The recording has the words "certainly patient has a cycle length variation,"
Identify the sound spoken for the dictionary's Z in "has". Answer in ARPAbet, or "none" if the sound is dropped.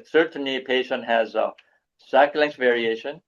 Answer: Z